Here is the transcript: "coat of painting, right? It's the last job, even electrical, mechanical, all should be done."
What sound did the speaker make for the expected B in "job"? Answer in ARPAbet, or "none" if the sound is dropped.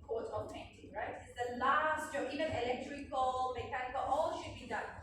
none